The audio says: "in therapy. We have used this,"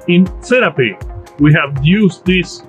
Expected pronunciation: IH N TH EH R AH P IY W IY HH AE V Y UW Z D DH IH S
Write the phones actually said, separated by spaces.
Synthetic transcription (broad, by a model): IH N S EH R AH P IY W IY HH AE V Y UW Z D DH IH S